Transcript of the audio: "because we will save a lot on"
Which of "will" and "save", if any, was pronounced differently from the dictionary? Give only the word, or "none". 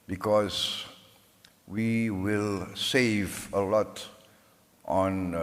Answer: none